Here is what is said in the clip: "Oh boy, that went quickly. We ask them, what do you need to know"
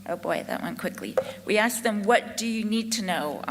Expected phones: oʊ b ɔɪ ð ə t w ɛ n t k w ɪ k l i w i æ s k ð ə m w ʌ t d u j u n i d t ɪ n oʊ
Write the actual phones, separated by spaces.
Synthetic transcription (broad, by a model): oʊ b ɔɪ ð ə t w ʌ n k w ɪ k l i w i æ s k ð ə m w ʌ t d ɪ j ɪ n i d t ɪ n oʊ